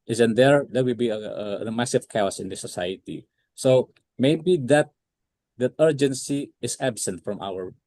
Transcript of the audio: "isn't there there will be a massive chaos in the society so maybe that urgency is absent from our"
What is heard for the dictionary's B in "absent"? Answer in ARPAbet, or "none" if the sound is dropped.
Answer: B